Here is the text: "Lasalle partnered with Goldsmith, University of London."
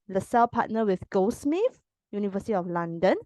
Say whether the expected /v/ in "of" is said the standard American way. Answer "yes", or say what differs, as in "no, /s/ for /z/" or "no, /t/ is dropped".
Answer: no, /f/ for /v/